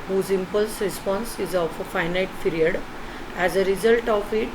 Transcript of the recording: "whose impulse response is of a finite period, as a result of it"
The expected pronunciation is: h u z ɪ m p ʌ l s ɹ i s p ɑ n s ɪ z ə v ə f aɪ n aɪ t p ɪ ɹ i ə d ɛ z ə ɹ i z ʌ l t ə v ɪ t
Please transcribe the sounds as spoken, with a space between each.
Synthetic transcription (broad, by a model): h u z ɪ m p ʌ l s ɹ i s p ɑ n s ɪ z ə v ə f aɪ n aɪ t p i ɹ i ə d ɛ z ə ɹ i z ʌ l t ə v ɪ t